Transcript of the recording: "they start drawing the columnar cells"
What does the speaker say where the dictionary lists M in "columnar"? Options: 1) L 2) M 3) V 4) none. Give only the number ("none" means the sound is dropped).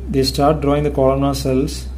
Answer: 4